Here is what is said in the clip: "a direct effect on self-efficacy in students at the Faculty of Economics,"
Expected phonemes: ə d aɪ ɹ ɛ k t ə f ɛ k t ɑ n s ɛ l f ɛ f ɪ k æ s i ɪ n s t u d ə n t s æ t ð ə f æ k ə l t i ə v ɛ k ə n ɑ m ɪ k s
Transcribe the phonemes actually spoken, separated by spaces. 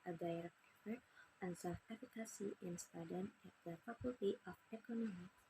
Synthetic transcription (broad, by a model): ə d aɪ ɹ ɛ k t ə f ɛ t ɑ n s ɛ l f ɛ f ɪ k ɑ s i ɪ n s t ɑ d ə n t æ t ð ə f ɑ k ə l t i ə f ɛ k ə n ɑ m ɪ